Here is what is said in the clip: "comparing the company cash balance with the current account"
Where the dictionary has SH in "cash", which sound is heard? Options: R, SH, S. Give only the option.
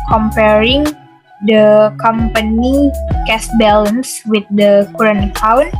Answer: S